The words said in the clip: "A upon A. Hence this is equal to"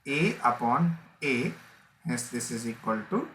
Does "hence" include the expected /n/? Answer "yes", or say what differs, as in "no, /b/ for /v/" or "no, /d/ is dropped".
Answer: no, /n/ is dropped